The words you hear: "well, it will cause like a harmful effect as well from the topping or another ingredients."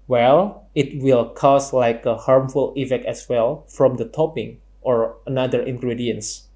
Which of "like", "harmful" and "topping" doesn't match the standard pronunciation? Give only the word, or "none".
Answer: none